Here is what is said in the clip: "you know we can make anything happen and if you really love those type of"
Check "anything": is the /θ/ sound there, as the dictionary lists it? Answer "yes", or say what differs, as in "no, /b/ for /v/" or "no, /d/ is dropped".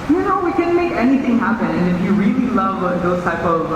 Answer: yes